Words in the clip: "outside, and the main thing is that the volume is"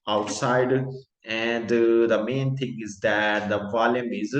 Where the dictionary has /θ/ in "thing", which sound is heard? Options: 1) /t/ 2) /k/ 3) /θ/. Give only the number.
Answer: 1